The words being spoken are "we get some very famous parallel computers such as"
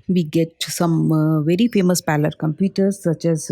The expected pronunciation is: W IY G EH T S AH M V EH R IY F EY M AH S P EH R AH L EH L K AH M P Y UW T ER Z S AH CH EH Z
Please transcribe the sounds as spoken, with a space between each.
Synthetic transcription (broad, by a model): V IY G EH T S AH M V EH R IY F EY M AH S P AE L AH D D K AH M P Y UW T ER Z S AH CH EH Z